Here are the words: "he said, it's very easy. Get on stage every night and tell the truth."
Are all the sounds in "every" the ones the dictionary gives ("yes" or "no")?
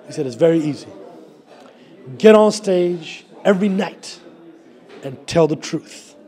yes